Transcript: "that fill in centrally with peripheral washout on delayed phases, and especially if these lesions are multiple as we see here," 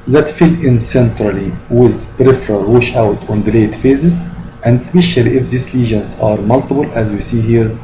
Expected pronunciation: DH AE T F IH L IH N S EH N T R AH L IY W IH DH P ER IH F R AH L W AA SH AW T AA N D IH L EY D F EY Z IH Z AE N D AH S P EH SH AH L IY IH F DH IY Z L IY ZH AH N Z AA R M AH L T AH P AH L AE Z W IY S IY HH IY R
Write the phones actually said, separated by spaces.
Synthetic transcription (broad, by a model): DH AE T F IH L IH N S EH N T R AH L IY W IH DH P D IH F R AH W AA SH AW T AA N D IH L EY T F EY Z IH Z AE N D S P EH SH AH L IY IH F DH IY S L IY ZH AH N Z AA R M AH L T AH B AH L AE Z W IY S IY HH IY R